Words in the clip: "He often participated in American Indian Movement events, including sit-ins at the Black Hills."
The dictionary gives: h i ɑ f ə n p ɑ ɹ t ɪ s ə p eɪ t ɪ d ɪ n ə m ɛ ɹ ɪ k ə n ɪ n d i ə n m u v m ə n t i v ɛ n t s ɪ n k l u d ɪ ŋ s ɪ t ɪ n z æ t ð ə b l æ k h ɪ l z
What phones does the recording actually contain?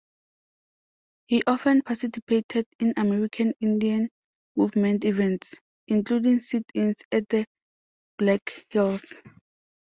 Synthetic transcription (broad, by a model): h i ɑ f ə n p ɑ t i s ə p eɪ t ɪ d ɪ n ə m ɛ ɹ ɪ k ə n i n d i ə n m u v m ə n t i v ɛ n t s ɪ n k l u d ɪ ŋ s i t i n s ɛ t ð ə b l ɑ k h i l s